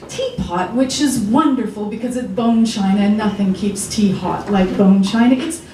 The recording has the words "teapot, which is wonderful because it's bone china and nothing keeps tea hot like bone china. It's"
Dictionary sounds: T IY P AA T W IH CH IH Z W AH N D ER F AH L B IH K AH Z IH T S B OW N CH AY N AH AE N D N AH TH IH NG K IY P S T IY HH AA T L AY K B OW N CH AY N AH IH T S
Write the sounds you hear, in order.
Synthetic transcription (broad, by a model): T IY P AA T W IH CH IH Z W AH N D ER F L B IH K AH Z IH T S B OW N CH AY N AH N N AH TH IH NG K IY P S T IY HH AA T L AY K B OW N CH AY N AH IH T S